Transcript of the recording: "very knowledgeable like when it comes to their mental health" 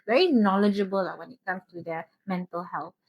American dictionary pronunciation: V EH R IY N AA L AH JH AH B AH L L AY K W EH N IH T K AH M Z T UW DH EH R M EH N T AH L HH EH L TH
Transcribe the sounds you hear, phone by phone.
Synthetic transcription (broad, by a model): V EH R IY N AA L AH JH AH B AH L L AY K W EH N IH T K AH M S T UW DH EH M EH N T AH L HH EH L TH